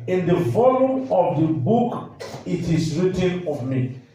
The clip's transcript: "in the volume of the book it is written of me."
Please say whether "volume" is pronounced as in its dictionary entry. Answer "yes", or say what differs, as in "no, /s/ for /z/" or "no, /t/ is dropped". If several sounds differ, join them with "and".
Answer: no, /f/ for /v/